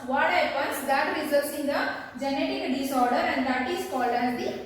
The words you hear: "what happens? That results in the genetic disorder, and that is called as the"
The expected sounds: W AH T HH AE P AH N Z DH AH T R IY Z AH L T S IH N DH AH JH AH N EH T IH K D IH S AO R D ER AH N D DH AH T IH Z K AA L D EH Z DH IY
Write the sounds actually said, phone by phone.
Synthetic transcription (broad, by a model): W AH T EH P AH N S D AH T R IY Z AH T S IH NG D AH JH AH N EH T IH K D IH S AO R D ER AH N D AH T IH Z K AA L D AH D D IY